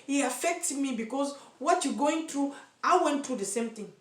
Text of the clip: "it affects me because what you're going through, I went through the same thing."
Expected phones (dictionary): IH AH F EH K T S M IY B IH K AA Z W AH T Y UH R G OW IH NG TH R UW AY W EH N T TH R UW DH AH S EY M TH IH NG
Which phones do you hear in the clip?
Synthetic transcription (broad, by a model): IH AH F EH K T M IY B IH K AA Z W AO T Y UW G OW IH NG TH R UW AY W EH N T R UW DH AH S EY M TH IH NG